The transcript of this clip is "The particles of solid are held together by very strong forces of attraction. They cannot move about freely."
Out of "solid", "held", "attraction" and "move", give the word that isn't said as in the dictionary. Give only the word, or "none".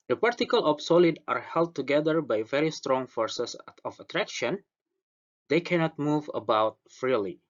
none